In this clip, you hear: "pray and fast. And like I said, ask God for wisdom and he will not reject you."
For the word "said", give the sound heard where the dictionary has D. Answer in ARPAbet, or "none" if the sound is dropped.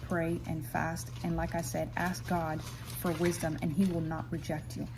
D